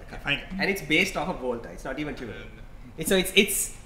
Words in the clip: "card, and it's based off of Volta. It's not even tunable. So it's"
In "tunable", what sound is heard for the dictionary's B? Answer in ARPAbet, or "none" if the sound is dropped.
none